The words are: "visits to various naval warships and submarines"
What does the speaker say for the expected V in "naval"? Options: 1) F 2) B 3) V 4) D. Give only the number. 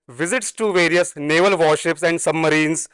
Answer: 3